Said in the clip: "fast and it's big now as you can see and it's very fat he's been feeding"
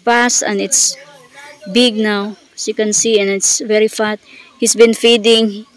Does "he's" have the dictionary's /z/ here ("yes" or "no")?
no